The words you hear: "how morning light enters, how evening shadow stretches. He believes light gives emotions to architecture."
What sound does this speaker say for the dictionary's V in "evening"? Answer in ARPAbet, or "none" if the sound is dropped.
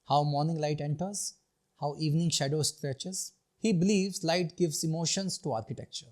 V